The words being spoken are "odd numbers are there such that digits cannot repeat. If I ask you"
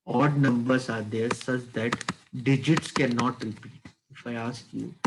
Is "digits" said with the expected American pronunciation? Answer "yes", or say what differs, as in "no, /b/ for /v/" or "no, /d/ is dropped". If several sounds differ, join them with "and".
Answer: yes